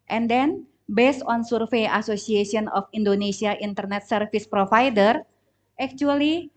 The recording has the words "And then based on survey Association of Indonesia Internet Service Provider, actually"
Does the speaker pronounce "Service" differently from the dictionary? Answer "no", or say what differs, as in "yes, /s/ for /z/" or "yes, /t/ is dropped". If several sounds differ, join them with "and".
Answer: yes, /f/ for /v/